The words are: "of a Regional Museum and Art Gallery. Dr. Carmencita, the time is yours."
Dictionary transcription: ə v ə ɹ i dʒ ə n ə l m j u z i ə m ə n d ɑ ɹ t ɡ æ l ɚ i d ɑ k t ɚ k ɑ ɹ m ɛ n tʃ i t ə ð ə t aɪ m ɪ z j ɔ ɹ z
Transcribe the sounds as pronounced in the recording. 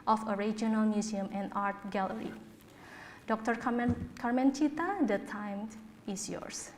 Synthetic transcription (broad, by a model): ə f ə ɹ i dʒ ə n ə l m j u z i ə m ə n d ɑ ɹ t ɡ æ l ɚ i d ɑ k t ɚ k ɑ ɹ m ɛ n tʃ i t ə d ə t aɪ m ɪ s j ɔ ɹ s